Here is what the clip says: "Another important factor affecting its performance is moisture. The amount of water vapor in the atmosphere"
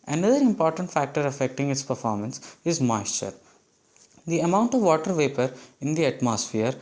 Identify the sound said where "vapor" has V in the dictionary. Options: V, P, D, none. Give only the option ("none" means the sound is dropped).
V